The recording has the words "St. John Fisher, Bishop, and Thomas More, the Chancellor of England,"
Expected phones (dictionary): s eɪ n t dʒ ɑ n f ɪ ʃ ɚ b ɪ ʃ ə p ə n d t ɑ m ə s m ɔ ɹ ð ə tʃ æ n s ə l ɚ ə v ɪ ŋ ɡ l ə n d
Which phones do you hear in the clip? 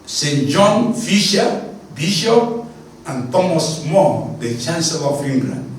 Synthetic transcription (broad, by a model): s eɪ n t dʒ ɑ n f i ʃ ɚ b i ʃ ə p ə n t ɑ m ə s m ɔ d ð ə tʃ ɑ n s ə l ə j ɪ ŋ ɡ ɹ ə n